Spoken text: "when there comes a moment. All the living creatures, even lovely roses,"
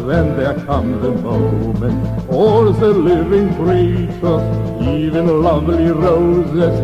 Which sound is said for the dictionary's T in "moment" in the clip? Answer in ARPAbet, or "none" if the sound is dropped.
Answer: none